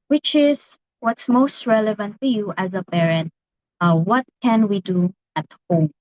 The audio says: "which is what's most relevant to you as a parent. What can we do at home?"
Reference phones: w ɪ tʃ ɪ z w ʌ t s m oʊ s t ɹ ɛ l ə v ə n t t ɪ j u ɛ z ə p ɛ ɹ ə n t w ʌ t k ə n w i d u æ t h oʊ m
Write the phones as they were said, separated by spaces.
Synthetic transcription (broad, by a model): w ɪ tʃ ɪ z w ʌ t s m oʊ s t ɹ ɛ l ə v ə n t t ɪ j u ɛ z ə b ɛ ɹ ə n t w ʌ t k ə n w i d u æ t h oʊ m